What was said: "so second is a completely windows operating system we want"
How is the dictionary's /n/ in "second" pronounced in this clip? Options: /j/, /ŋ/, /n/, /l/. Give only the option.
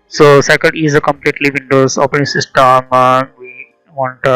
/l/